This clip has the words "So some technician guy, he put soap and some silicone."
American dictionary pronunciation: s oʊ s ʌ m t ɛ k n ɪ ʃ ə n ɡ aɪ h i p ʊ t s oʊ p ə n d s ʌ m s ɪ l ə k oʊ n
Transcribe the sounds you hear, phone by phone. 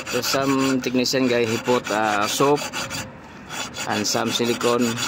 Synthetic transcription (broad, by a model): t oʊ s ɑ m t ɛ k n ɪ s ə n ɡ aɪ h i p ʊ t s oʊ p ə n s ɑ m s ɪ l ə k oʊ n